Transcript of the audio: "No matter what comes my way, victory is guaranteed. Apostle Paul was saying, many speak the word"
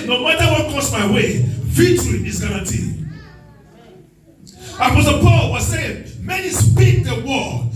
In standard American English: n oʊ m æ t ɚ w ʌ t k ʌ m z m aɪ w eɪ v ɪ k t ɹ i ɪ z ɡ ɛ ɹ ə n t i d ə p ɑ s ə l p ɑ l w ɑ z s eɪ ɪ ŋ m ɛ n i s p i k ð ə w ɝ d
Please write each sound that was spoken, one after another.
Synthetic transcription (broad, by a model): n oʊ m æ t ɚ w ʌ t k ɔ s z m aɪ w eɪ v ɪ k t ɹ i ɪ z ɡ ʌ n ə t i ə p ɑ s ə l p ɑ l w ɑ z s eɪ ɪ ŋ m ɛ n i s p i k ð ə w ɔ